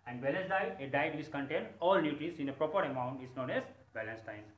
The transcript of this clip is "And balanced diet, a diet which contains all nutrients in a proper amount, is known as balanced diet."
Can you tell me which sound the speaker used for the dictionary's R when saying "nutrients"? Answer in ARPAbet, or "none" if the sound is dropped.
none